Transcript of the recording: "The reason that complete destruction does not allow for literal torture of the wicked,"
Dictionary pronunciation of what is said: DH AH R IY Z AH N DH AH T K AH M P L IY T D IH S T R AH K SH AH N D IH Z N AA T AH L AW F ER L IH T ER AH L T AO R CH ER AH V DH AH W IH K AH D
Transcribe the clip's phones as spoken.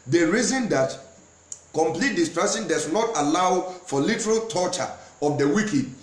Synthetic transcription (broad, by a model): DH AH R IY Z AH N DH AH T K AH M P L IY T D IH S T R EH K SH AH N D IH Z N AA T AH L AW F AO L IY T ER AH L T AO CH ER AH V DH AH W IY K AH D